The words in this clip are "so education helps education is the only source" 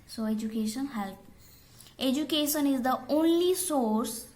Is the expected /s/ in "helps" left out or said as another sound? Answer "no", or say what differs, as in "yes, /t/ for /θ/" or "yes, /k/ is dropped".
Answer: yes, /s/ is dropped